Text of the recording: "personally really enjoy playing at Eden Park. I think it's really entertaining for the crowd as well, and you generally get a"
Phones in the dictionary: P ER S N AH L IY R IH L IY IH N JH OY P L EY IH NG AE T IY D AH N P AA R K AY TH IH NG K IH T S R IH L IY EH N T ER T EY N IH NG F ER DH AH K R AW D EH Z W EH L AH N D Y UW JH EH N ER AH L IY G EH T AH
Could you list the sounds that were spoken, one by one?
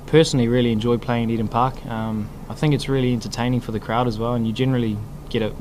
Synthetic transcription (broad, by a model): P ER S N L IY R IH L IY IH N JH OY P L EY IH NG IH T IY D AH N P AA R K AY TH IH NG K IH T S R IH L IY EH N T ER T EY N IH NG F ER DH AH K R AW D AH Z W EH L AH N Y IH JH EH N ER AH L IY G EH T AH